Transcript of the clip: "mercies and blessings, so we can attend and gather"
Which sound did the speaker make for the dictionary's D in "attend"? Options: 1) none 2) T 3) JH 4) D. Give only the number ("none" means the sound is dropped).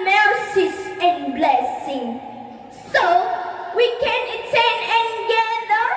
1